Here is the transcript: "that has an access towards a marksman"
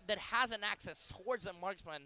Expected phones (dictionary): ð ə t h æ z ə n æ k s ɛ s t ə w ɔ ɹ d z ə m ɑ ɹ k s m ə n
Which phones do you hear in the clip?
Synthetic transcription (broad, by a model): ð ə t h æ z ə n æ k s ɛ s t ə w ɔ ɹ d z ə m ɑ ɹ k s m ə n